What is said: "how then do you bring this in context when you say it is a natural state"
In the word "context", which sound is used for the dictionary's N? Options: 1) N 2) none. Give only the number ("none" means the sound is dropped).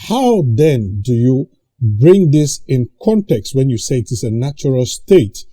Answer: 1